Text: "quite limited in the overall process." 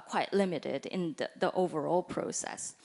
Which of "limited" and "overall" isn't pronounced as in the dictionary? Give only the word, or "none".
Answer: none